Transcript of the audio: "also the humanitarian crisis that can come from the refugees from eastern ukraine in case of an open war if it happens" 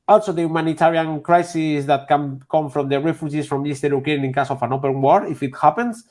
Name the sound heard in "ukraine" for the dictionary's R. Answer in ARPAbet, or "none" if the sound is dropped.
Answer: none